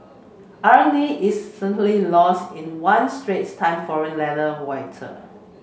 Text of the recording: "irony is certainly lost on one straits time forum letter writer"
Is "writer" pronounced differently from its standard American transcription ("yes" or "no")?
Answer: yes